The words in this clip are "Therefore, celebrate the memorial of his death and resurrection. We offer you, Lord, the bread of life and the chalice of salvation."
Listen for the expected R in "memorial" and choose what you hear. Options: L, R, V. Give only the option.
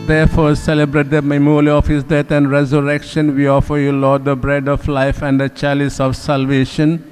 L